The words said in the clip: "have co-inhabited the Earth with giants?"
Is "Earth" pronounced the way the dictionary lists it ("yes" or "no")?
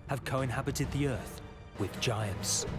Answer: yes